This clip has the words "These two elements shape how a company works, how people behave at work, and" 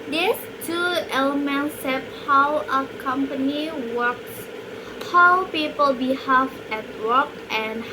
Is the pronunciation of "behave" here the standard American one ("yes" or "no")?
no